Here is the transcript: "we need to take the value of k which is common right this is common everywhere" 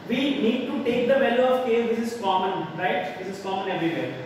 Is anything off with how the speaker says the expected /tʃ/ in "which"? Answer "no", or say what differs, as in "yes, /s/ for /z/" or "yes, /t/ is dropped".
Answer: yes, /s/ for /tʃ/